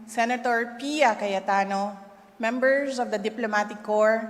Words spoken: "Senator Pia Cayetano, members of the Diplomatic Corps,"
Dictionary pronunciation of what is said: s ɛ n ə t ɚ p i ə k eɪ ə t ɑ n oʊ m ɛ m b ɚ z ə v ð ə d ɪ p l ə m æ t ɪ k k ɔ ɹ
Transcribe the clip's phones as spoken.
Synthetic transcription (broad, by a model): s ɛ n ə t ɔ p i ə k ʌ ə t ɑ n oʊ m ɛ m b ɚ s ə v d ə d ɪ p l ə m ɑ t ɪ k k ɔ ɹ